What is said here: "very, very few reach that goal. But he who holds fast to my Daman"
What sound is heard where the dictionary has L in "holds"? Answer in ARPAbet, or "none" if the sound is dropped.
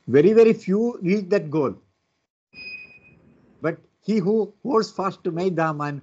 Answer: none